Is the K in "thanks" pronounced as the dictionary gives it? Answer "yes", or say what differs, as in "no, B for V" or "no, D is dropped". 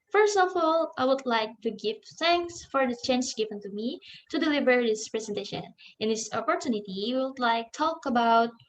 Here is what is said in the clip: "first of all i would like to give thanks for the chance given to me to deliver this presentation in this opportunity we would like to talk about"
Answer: yes